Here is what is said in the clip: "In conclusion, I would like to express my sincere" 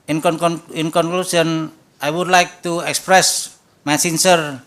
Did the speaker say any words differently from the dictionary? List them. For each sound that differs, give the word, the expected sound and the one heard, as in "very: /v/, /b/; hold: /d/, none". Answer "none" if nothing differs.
conclusion: /ʒ/, /s/